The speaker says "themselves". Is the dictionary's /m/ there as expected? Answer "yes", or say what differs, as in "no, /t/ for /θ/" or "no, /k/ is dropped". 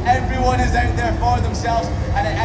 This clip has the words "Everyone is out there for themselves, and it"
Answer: yes